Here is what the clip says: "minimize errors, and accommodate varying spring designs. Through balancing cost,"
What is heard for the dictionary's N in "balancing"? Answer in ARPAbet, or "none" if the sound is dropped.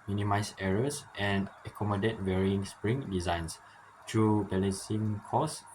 none